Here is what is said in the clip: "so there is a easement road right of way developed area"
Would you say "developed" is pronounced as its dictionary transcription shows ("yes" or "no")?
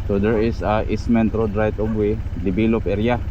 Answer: no